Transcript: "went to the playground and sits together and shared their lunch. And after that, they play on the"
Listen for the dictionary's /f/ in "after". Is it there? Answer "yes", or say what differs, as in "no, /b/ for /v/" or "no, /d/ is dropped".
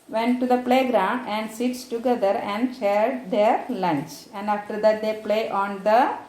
yes